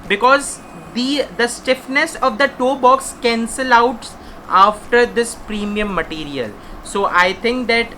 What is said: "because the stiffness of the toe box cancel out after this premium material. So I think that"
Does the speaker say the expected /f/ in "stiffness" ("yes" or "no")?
yes